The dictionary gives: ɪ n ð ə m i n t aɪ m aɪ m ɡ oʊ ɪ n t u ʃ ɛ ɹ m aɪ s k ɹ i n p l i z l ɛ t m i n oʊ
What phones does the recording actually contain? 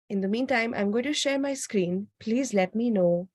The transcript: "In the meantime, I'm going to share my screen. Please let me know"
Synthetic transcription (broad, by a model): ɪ n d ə m i n t aɪ m aɪ m ɡ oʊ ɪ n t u ʃ ɛ ɹ m aɪ s k ɹ i n p l i z l ɛ t m i n oʊ